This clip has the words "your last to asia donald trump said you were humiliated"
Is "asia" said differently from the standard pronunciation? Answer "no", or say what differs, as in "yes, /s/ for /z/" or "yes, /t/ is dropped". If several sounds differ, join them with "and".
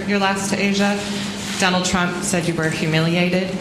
no